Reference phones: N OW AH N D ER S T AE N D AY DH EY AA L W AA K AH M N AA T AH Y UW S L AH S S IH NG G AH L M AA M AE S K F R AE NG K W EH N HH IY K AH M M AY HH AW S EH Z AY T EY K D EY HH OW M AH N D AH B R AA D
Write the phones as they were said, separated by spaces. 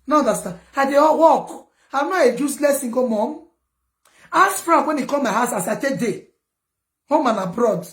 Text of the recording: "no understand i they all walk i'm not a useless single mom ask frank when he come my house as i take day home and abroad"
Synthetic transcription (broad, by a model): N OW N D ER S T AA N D AY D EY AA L W AA K AH M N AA AH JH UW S L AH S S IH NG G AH M AA M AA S F R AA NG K W EH N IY K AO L M AY HH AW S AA S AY T EY K D EY HH OW M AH N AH B R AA D